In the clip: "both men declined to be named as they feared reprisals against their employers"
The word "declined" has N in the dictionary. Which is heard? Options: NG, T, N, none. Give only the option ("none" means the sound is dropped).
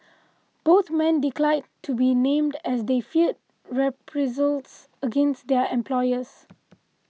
none